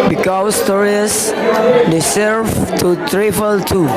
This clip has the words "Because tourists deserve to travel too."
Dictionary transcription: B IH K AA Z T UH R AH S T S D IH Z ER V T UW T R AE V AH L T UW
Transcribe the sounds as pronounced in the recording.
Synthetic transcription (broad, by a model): B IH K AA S T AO R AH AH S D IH S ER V T UW T R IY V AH L T UW